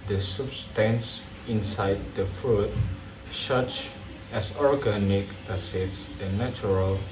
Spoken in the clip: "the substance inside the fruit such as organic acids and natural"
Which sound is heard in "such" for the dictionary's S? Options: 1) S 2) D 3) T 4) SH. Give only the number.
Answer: 4